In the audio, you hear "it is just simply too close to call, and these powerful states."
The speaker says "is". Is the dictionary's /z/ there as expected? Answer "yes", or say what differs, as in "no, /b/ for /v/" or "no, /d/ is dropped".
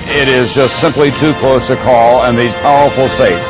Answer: yes